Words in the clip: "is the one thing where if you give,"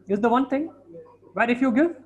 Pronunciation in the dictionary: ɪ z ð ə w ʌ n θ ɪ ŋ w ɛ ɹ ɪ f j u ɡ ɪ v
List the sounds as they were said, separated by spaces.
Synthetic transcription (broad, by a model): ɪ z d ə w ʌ n t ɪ ŋ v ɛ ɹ ɪ f j u ɡ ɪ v